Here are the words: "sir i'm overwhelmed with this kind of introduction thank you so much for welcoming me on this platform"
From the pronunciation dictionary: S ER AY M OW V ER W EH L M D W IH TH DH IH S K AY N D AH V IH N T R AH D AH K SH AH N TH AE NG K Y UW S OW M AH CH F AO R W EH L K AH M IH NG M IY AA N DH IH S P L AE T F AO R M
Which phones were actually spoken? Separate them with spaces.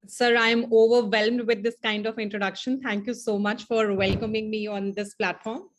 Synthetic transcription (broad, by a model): S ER AY M OW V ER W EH L M D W IH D IH S K AY N D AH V IH N T R AH D AH K SH AH N T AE NG K Y UW S OW M AH CH F AO R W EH L K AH M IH NG M IY AA N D IH S P L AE T F AO R M